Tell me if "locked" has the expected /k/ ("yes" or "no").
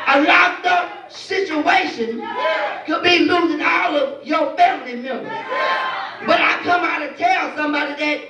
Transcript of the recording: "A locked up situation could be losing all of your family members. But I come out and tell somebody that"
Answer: no